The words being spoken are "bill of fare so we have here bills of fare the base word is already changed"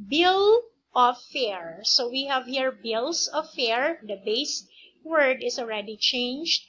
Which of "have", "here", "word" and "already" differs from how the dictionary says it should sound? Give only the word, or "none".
none